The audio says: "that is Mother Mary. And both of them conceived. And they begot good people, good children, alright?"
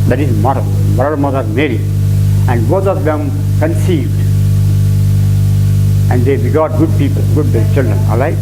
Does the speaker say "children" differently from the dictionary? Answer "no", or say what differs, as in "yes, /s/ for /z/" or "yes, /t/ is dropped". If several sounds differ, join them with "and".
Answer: no